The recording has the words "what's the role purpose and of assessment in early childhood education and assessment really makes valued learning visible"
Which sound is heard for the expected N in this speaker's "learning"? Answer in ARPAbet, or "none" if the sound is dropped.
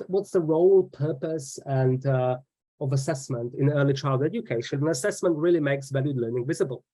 N